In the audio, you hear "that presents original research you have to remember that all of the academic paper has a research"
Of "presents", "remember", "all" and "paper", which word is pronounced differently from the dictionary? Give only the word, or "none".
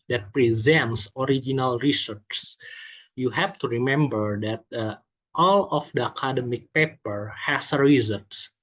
none